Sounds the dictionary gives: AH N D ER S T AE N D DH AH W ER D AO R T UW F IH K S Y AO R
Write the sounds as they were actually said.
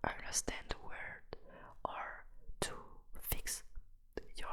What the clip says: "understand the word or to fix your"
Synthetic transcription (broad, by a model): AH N D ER S T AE N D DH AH W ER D AO R T UW F IH K S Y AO